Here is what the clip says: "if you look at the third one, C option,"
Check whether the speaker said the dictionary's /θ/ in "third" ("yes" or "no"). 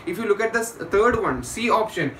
no